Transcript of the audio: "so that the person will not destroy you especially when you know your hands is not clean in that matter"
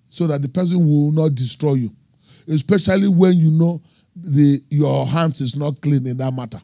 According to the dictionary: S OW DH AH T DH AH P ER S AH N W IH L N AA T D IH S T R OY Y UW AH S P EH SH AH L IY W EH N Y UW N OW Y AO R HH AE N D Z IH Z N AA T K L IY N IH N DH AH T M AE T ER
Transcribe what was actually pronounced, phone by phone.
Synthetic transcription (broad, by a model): S OW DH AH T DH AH P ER S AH N W IH L N AA T D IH S T R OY Y UW AH S P EH SH AH L IY W EH N Y UW N OW Y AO HH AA N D S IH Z N AA T K L IY N IH N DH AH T M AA T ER